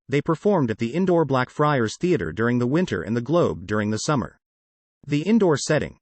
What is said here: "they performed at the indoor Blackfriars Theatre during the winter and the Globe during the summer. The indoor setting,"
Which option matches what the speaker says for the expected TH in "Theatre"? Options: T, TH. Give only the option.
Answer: TH